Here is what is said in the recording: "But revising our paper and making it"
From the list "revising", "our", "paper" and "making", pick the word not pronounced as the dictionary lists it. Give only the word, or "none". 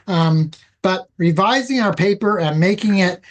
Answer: none